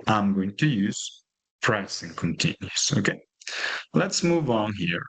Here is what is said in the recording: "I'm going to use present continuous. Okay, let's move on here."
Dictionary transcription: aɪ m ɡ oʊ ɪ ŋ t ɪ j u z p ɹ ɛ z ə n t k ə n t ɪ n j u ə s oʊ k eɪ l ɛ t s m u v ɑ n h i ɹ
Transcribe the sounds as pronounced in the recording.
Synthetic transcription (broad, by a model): aɪ m ɡ oʊ ɪ ŋ t ɪ j u z p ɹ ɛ s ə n k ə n t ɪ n j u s oʊ k eɪ l ɛ t s m u v ɑ n h i ɹ